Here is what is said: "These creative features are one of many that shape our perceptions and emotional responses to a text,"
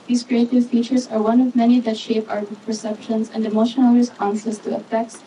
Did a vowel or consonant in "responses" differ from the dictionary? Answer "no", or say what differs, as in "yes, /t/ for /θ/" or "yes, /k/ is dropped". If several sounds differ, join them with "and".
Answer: yes, /p/ is dropped